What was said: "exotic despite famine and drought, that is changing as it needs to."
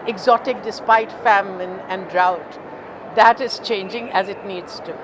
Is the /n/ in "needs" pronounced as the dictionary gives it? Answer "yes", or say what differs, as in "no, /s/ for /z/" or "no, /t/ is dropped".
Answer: yes